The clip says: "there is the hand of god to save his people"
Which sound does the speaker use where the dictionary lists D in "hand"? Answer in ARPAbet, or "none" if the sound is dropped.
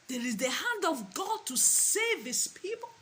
D